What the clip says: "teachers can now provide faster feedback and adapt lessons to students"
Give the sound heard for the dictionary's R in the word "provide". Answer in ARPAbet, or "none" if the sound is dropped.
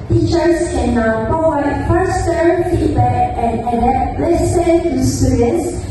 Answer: none